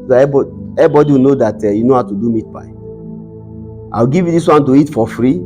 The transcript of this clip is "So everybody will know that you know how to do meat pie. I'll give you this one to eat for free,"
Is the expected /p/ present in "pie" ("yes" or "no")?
no